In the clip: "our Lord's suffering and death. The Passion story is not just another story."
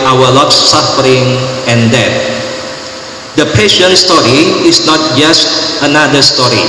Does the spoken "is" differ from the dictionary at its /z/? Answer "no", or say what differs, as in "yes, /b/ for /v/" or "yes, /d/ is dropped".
yes, /s/ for /z/